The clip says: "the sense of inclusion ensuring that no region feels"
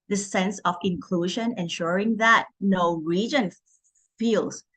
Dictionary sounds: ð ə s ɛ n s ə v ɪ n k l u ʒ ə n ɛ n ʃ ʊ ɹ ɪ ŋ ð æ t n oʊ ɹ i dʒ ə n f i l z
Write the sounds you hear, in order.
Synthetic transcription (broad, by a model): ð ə s ɛ n s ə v ɪ n k l u ʒ ə n ɛ n ʃ ʊ ɹ ɪ ŋ ð æ t n oʊ ɹ i dʒ ə n f i l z